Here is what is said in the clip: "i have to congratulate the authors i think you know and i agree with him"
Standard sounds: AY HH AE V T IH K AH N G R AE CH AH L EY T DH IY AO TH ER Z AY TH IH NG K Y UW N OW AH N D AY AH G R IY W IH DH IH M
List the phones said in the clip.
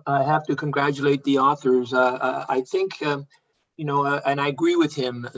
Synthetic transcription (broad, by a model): AY HH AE F T IH K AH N G R AE CH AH L EY T DH IY AO TH ER Z AY TH IH NG K Y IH N OW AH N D AY AH G R IY W IH DH IH M